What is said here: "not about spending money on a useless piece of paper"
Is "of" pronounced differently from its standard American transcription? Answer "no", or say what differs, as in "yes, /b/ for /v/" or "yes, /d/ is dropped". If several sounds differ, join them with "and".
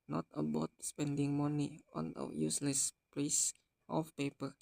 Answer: yes, /f/ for /v/